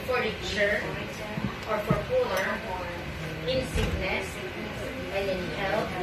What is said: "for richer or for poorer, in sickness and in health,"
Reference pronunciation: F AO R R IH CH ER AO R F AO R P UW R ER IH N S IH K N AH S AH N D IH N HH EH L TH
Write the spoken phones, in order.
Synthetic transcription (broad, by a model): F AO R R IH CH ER AO R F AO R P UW L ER IH N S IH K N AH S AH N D IH N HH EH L